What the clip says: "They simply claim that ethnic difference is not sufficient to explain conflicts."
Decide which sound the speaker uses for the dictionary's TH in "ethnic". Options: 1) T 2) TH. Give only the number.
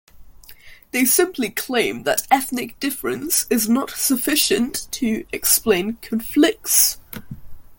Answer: 2